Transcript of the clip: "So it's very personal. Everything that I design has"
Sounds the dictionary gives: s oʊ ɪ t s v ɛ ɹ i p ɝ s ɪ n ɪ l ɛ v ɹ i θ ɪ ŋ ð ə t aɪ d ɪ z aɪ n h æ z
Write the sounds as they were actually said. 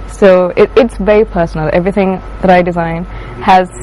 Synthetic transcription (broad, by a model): s oʊ ɪ t s v ɛ ɹ i p ɝ s n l ɛ v ɹ i θ ɪ ŋ ð ə t aɪ d ɪ z aɪ n h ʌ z